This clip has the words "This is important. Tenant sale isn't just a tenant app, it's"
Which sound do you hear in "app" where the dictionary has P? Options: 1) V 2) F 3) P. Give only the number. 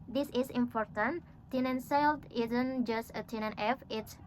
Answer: 2